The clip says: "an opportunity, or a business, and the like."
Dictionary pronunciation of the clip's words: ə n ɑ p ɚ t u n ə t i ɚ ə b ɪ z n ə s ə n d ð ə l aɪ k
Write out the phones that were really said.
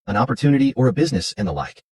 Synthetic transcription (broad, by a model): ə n ɑ p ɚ t u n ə t i ɚ ə b ɪ z n ə s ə n ð ə l aɪ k